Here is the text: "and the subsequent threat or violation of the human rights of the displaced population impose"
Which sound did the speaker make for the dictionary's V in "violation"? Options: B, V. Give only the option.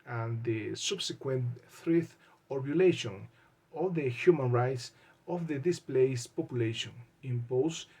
B